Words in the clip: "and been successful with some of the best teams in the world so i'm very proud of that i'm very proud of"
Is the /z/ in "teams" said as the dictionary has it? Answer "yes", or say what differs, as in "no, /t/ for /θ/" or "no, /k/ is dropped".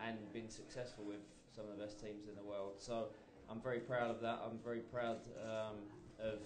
yes